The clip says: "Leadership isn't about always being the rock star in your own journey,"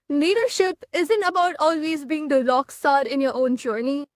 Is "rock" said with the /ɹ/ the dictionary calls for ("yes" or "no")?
no